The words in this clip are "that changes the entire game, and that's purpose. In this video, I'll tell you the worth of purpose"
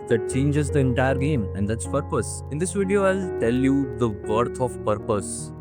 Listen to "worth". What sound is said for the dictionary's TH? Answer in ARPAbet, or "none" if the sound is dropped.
T